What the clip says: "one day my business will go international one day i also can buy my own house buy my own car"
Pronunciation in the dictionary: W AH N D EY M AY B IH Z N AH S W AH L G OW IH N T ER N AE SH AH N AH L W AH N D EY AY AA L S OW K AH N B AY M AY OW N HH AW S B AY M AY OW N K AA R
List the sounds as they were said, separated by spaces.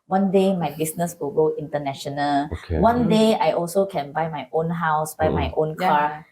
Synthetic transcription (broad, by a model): W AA N D EY M AY B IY S N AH S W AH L G OW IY N T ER N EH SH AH N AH L W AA N D EY AY AA L S OW K AH N B AY M AY OW N HH AW S B AY M AY OW N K AA